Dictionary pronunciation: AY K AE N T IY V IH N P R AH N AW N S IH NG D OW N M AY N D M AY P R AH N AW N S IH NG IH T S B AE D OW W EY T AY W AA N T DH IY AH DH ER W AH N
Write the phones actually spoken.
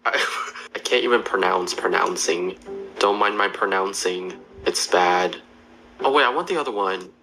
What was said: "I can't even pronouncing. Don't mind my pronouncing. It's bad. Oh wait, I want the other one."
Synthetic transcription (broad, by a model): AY K AE N T IY V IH N P R AH N AW N S IH NG D OW N M AY N M AY P R AH N AW N S IH NG IH T S B AE D OW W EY AY W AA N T DH IY AH DH ER W AH N